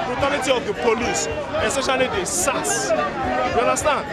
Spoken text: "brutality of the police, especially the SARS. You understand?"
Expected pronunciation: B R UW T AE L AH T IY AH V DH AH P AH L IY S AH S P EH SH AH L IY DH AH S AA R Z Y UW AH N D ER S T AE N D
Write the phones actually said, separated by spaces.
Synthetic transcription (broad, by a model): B R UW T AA L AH T IY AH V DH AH P AH L IY S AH S EH SH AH L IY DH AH S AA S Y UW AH N D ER S T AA N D